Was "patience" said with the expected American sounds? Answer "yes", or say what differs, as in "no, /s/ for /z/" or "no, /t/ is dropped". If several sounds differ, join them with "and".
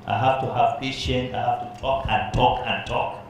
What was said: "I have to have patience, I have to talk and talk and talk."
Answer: no, /s/ is dropped